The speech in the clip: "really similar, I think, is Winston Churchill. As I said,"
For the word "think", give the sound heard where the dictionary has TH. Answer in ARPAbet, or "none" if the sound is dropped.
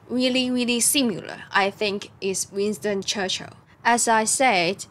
TH